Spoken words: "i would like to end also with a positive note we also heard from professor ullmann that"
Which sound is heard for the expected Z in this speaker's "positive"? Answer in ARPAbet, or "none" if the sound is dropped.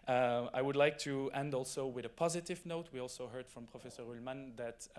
Z